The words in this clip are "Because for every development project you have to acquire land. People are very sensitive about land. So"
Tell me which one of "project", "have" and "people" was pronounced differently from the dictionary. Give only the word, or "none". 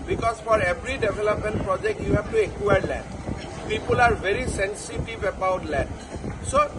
have